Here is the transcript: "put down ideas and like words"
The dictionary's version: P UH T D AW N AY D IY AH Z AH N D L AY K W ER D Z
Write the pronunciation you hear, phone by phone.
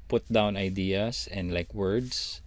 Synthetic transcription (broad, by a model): P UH T D AW N AY D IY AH S AH N D L AY K W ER D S